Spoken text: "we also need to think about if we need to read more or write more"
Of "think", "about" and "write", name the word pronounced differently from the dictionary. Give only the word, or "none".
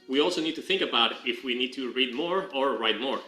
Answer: none